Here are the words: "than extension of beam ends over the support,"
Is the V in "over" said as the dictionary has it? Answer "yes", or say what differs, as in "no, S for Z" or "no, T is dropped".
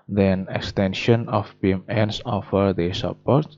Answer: no, F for V